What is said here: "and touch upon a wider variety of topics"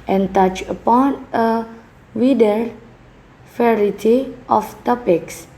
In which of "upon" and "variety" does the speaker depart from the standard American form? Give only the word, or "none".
variety